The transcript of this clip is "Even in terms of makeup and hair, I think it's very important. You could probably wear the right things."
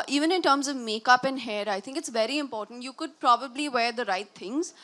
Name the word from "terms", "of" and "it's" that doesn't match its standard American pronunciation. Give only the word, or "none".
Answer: none